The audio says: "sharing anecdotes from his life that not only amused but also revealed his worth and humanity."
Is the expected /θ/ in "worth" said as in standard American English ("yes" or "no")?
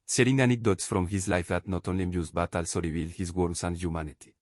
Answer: no